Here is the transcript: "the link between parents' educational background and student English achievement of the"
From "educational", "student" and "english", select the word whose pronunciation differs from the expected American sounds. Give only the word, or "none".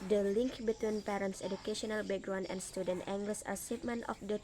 english